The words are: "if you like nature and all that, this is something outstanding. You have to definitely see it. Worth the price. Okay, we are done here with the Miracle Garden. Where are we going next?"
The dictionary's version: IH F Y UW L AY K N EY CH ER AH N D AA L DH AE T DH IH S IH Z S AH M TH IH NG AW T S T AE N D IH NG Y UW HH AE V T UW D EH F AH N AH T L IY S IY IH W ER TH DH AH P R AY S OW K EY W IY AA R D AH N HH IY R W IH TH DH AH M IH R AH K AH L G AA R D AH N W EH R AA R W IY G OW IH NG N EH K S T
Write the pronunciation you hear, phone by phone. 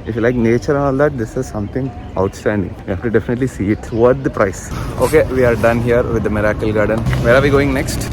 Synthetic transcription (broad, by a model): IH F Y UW L AY K N EY CH ER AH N AA L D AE T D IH S IH Z S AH M T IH NG AW T S T AE N D IH NG Y UW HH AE F T UW D EH F AH N AH T L IY S IY IH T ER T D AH P R AY S OW K EY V IY AA R D AH N HH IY R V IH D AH M IH R AH K AH L G AA R D AH N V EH R AA R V IY G OW IH NG N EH K S T